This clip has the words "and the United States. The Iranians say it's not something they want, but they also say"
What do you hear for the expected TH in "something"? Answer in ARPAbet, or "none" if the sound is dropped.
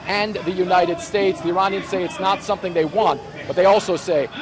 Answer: TH